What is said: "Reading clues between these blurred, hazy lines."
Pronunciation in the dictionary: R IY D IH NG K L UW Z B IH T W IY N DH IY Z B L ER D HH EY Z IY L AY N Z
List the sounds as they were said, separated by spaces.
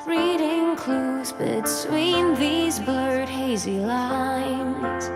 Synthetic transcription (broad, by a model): R IY D IH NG K L UW Z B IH S W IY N DH IY Z B L ER D HH EY Z IY L AY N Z